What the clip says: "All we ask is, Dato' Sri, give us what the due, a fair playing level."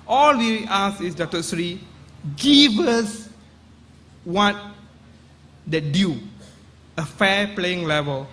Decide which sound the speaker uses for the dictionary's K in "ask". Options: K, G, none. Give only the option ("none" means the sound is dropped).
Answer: none